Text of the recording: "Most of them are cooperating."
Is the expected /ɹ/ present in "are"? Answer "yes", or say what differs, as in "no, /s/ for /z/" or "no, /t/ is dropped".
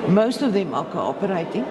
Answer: no, /l/ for /ɹ/